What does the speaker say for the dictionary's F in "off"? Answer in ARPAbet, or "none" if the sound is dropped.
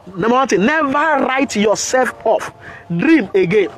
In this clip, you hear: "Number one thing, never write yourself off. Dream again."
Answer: F